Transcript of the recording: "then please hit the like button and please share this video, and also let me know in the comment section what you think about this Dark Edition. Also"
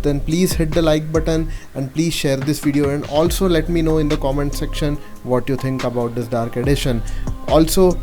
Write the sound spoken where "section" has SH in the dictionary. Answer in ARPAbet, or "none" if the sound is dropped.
SH